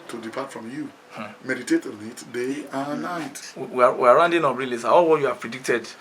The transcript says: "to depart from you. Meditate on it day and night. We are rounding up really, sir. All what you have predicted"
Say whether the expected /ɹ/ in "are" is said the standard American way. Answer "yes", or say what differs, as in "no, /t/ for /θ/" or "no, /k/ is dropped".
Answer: no, /w/ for /ɹ/